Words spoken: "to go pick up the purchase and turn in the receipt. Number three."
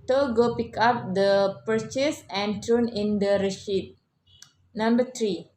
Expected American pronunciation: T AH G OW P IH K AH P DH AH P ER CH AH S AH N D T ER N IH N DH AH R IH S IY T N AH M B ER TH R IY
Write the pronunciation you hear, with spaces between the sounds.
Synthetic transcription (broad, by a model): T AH G OW P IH K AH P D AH P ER CH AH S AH N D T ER N IH N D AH R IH SH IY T N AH M B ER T R IY